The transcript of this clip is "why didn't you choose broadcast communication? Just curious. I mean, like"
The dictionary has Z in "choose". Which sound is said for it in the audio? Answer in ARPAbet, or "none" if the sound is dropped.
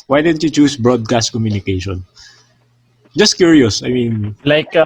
S